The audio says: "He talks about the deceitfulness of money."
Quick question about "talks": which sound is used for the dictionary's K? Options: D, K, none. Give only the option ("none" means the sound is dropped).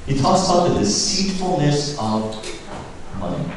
none